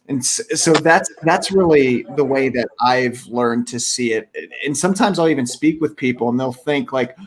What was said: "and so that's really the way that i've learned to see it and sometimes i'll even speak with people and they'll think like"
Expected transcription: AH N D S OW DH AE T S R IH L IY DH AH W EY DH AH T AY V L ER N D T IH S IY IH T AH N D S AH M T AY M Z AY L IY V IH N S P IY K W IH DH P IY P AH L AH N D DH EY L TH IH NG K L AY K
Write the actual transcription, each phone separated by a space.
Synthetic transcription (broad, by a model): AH N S S OW DH AE T S R IH L IY DH AH W EY DH AH T AY V L ER N T IH S IY IH T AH N S AH M T AY M Z AY L IY V IH N S P IY K W IH DH P IY P L AH N DH EY L TH IH NG K L AY K